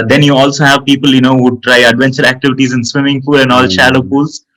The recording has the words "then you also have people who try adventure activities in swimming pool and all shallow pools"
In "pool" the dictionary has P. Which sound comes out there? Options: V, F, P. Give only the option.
F